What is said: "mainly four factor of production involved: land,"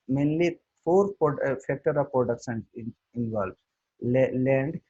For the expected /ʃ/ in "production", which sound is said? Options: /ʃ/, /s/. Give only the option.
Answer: /s/